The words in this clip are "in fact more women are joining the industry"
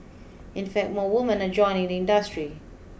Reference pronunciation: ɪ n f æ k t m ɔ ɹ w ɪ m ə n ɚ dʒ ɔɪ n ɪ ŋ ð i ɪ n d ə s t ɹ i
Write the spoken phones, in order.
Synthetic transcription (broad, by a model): ɪ n f æ k t m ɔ w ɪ m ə n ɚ dʒ ɔɪ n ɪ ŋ ð i ɪ n d ə s t ɹ i